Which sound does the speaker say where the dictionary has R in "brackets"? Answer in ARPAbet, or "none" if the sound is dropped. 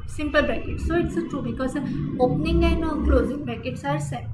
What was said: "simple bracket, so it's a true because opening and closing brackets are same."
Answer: none